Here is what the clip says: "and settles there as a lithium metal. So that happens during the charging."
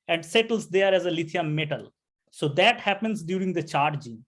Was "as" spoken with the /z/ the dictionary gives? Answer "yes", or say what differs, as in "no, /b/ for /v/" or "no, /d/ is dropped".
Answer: yes